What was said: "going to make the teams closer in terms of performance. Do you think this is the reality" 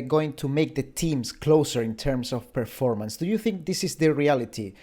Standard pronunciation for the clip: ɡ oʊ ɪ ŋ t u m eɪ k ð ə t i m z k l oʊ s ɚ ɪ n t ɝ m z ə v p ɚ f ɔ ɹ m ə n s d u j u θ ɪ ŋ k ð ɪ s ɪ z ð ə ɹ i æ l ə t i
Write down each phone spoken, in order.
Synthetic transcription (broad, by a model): ɡ oʊ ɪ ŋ t u m eɪ k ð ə t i m s k l oʊ s ɚ ɪ n t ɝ m s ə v p ɚ f ɔ ɹ m ə n s d u j u θ ɪ ŋ k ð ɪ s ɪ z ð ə ɹ i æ l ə t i